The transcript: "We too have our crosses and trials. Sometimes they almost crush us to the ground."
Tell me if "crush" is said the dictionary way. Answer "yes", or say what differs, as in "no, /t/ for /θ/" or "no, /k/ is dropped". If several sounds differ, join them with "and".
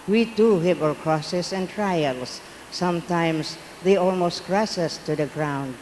no, /s/ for /ʃ/